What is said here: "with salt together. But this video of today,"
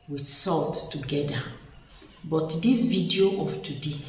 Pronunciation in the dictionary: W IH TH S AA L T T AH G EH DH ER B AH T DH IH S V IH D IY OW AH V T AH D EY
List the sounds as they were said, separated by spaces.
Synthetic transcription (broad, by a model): W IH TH S AA L T T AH G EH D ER B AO T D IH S V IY D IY OW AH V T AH D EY